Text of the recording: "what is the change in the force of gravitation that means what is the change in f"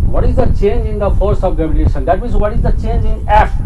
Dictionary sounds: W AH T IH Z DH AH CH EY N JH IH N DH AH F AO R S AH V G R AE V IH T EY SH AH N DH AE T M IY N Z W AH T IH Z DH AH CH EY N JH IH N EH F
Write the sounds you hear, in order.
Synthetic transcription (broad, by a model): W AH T IH Z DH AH CH EY N JH IH N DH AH F AO R S AH V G EH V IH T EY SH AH N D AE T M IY Z W AH T IH Z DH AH CH EY N JH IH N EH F